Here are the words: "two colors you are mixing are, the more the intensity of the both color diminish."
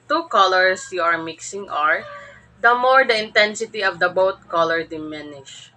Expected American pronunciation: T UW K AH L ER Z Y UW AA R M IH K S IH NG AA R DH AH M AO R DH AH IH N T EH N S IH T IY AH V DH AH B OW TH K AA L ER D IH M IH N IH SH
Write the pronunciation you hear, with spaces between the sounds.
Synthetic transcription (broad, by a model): T UW K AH L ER S Y UW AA R M IH K S IH NG AA R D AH M AO R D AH IH N T EH N S IH T IY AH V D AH B OW T K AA L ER D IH M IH N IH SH